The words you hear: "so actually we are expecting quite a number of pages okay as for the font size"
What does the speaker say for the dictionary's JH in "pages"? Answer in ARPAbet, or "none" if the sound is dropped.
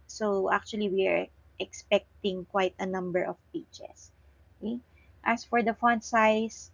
CH